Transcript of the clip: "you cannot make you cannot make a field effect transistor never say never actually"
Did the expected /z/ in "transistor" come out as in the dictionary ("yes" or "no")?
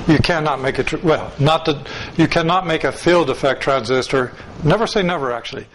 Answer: yes